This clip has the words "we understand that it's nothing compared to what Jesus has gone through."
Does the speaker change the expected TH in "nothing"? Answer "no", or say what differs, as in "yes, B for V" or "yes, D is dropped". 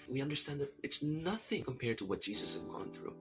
no